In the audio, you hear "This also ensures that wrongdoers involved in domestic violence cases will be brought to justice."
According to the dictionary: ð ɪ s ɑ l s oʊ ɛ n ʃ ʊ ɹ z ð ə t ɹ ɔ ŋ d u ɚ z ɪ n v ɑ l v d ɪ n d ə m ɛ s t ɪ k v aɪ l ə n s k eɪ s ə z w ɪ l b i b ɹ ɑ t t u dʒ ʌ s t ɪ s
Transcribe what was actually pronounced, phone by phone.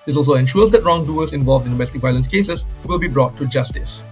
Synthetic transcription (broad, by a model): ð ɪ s ɑ l s oʊ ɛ n ʃ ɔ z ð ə t ɹ ɔ ŋ d u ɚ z ɪ n v ɑ l v d ɪ n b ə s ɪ t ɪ v aɪ l ə n s k eɪ s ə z w ɪ l b i b ɹ ɑ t t u dʒ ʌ s t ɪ s